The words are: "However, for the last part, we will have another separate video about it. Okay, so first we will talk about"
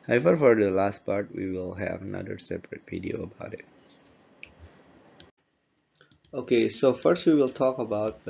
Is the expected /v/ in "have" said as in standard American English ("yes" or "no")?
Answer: yes